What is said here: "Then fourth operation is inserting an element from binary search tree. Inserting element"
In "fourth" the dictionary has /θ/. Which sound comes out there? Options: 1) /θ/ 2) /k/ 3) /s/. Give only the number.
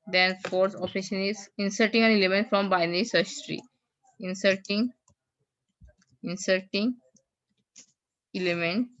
3